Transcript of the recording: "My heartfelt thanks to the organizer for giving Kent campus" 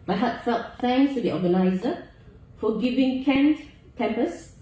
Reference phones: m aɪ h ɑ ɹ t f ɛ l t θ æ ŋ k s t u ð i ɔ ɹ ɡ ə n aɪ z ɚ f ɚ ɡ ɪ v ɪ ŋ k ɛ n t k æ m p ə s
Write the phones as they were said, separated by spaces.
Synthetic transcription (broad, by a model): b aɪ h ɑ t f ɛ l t f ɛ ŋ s t u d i ɔ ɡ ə n aɪ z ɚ f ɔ ɡ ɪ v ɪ ŋ k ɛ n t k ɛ m p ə s